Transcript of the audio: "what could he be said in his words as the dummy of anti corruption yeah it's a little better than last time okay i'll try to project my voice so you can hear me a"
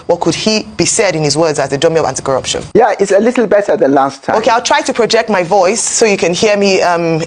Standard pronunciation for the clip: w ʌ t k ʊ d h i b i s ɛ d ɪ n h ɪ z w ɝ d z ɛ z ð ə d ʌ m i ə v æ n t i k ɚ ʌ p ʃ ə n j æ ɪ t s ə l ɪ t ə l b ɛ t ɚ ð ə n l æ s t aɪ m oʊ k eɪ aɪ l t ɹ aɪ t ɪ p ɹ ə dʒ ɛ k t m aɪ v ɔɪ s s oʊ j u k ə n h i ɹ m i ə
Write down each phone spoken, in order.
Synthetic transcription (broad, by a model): w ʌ t k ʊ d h i b i s ɛ d ɪ n h ɪ z w ɝ d z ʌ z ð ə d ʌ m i ə v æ n t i k ɚ ʌ p ʃ ə n j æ ɪ t s ə l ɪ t l b ɛ t ɚ ð ə n l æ s t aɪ oʊ k eɪ aɪ l t ɹ aɪ t ɪ p ɹ ə dʒ ɛ k t m aɪ v ɔɪ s s oʊ j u k ə n h i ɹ m i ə